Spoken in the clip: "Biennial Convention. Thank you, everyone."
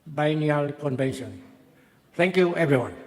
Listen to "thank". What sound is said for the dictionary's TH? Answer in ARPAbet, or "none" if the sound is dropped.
T